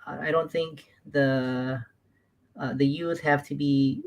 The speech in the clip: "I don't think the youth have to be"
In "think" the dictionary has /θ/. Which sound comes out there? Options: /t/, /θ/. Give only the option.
/θ/